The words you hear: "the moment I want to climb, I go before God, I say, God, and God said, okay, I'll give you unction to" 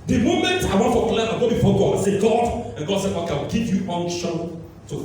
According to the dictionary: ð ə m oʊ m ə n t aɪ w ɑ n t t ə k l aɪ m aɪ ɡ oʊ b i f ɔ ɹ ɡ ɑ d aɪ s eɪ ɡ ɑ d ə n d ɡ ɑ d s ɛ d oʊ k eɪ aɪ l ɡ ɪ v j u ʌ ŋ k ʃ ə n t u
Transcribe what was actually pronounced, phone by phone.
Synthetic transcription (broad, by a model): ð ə m oʊ m ə n t aɪ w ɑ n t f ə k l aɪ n aɪ ɡ oʊ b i f ɔ ɡ ɑ d aɪ s eɪ ɡ ɑ d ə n ɡ ɑ d s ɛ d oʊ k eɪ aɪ w ɡ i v j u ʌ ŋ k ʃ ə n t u